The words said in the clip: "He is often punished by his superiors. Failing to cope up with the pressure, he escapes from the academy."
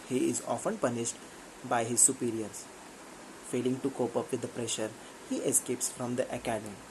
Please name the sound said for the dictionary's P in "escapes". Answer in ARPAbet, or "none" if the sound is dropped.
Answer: P